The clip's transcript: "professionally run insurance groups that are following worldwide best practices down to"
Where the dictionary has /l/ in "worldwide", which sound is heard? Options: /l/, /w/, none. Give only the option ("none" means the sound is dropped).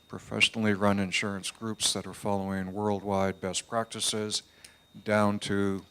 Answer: /l/